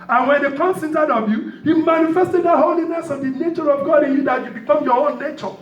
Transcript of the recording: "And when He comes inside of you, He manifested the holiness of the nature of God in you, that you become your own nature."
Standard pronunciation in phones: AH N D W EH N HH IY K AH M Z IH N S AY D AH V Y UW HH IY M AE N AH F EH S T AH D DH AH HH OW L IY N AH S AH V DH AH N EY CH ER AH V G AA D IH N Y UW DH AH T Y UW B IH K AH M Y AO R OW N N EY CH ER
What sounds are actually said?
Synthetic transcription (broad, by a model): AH N W EH N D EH K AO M S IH N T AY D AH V Y UW HH IY M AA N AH F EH S T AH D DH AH HH OW L IY N AH S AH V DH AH N EY CH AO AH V G AA D IH N Y UW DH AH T Y UW B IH K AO M Y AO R OW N N EY CH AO